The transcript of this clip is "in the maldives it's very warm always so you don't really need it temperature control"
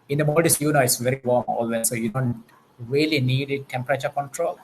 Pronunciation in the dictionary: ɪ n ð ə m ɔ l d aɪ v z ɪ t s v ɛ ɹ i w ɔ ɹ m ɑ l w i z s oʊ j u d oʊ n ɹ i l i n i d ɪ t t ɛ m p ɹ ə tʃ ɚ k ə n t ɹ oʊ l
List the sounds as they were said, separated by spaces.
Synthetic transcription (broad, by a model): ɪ n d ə m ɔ d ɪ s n ɪ t s v ɛ ɹ i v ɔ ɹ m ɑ l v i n s oʊ j u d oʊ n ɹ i l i n i d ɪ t t ɛ m p ɹ ə tʃ ɚ k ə n t ɹ oʊ l